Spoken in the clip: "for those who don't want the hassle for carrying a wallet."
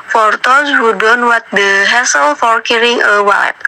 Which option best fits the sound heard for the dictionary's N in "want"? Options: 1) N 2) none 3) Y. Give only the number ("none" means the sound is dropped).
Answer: 2